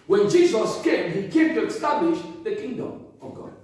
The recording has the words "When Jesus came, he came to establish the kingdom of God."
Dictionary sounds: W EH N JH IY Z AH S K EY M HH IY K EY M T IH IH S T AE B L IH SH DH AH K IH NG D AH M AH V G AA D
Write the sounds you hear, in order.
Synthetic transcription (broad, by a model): W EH N JH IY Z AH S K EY HH IY K EY M T IH IH S T AE B L IH SH DH AH K IH NG D AH M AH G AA